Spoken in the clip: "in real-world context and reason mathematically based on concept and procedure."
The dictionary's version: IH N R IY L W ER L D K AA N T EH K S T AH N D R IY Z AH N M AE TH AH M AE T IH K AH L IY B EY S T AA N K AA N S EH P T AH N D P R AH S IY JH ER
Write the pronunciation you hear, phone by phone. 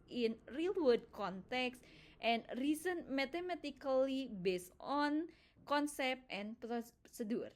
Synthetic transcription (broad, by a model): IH N R IY L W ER D K AA N T EH K S T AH N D R IY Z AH N M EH T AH M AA T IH K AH L IY B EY S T AA N K AA N S EH P T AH N P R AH S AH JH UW